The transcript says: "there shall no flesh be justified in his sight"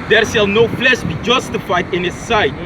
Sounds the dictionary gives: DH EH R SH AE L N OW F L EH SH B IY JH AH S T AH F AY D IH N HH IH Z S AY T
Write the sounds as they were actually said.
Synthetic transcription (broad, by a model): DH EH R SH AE L N OW P L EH S B IY JH AH S T AH F AY D IH N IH S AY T